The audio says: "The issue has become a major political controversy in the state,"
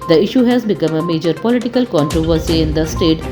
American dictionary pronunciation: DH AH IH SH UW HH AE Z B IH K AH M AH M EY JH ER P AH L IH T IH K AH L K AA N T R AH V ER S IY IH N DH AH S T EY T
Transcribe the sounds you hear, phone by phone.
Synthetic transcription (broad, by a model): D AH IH SH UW HH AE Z B IH K AH M AH M EY JH ER P AH L IH T IH K AH L K AA N T R AH V ER S IY IH N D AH S T EY T